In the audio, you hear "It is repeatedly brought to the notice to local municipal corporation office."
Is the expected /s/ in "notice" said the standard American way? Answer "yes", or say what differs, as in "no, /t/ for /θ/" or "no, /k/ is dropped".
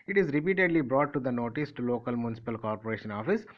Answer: yes